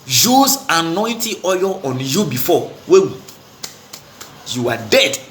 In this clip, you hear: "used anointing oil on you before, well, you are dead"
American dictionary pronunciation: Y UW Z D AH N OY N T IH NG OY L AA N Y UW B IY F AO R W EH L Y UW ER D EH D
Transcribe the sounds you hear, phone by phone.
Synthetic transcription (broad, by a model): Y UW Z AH N OY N T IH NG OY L AA N Y UW B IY F AO W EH W Y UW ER D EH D